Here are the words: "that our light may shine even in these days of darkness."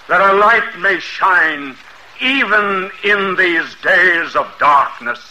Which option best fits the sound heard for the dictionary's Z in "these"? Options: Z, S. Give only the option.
Z